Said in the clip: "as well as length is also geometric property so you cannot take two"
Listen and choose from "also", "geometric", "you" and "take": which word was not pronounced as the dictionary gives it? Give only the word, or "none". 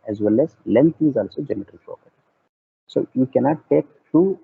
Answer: geometric